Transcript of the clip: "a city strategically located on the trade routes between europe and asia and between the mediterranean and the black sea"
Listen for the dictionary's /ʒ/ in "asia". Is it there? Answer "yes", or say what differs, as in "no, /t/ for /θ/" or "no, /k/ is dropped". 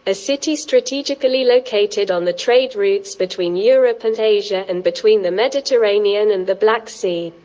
yes